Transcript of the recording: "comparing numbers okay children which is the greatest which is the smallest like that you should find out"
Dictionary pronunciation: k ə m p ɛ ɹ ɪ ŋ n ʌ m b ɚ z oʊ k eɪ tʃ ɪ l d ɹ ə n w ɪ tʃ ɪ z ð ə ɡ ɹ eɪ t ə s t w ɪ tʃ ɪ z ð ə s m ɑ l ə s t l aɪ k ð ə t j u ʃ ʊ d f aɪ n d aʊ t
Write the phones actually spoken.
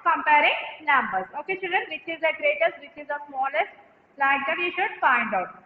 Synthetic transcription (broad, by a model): k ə m p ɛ ɹ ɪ ŋ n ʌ m b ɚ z oʊ k eɪ ʃ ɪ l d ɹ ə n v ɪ tʃ ɪ z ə ɡ ɹ eɪ t ə s t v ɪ tʃ ɪ z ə s m ɑ l ə s t l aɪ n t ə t j u ʃ ʊ d f aɪ n d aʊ t